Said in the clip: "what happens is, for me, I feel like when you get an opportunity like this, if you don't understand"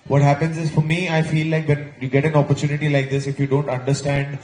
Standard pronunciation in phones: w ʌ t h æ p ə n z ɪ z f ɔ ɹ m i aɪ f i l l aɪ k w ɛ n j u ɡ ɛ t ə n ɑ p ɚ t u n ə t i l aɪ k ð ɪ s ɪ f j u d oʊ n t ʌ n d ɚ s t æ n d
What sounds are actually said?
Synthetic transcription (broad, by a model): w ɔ t h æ p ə n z ɪ z f ɔ ɹ m i aɪ f i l l aɪ k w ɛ n j u ɡ ɛ t ə n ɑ p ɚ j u n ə t i l aɪ k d ɪ s ɪ f j u d oʊ n t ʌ n d ɚ s t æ n d